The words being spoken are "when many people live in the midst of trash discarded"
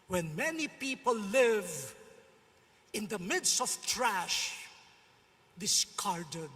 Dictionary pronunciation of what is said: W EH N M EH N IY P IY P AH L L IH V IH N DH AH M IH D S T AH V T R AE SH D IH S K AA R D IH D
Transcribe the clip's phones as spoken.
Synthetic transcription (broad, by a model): W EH N M EH N IY P IY P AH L L IH V IH N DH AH M IH D S T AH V T R AE SH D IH S K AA R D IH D